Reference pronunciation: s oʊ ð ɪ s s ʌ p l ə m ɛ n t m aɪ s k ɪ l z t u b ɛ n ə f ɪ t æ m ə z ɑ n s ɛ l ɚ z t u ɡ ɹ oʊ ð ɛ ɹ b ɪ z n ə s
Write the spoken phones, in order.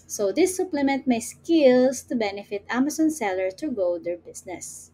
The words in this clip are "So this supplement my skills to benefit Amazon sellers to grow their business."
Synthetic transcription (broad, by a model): s oʊ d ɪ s s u p l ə m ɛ n t m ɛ s k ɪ l s t u b ɛ n ə f ɪ t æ m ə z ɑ n s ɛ l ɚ t u ɡ oʊ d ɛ ɹ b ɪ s n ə s